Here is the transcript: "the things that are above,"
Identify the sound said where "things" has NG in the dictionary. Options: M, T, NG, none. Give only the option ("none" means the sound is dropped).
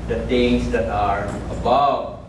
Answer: none